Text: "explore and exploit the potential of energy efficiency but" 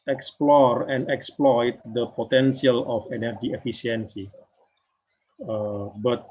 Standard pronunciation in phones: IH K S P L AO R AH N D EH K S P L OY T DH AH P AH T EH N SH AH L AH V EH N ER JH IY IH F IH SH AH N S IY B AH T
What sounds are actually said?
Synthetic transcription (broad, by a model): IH K S P L AO R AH N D EH K S P L OY T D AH P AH T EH N S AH L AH F EH N ER JH IY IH F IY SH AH N S IY B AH T